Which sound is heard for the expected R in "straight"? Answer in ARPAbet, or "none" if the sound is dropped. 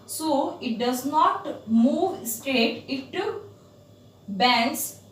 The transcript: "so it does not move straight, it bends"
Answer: none